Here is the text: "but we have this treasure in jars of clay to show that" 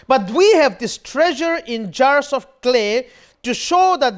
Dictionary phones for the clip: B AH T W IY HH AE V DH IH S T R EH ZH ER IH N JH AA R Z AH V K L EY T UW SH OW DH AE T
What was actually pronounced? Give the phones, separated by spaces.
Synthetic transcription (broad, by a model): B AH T W IY HH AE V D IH S T R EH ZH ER IH N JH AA R S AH F K L EY T UW SH OW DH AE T